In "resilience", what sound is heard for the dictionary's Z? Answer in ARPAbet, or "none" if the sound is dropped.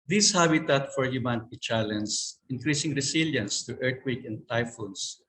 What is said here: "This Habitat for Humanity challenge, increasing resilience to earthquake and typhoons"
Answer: S